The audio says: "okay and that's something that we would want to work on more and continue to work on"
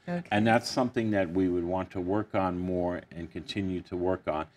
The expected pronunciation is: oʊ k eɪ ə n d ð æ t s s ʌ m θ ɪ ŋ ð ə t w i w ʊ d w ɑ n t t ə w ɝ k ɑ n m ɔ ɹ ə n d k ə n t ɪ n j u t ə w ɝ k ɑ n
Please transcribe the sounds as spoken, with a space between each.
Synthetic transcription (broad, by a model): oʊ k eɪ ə n ð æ t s s ʌ m θ ɪ ŋ ð ə t w i w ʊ d w ɑ n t t ə w ɝ k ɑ n m ɔ ɹ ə n k ə n t ɪ n j u t ə w ɝ k n